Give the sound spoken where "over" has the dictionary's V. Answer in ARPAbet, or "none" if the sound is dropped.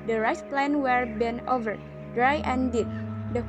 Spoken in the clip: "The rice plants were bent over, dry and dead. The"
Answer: V